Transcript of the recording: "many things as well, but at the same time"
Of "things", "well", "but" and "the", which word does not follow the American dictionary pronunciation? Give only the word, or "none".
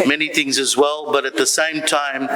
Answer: none